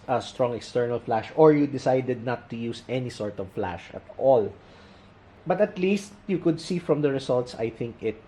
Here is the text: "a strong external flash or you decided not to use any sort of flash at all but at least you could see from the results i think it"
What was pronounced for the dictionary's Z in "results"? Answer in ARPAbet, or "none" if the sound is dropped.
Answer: S